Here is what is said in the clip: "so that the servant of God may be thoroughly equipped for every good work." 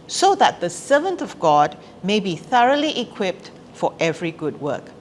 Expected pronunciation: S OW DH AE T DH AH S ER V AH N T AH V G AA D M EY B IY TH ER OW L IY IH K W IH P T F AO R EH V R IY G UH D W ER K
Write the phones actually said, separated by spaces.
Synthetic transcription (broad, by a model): S OW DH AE T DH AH S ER V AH N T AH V G AA D M EY B IY TH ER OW L IY IH K W IH P T F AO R EH V R IY G UH D W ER K